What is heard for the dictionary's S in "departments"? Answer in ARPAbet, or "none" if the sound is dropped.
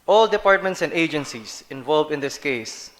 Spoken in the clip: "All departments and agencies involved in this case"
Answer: S